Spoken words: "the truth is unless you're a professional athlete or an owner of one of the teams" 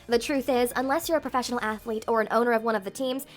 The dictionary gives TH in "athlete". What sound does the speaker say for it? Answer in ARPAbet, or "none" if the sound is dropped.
TH